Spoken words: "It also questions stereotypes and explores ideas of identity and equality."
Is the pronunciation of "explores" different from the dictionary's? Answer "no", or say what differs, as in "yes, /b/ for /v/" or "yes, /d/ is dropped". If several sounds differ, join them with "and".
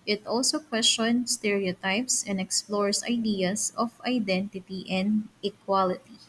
yes, /s/ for /z/